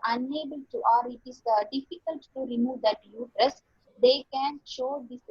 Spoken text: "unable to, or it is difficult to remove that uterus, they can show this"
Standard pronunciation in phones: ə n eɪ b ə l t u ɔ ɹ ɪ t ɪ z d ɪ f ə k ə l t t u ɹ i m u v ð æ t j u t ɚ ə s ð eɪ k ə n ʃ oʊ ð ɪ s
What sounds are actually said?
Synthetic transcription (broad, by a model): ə n eɪ b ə l t u ɔ ɹ ɪ t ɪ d d ɪ f ə k ə l t t u ɹ i m u v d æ t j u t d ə s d eɪ k ə n ʃ oʊ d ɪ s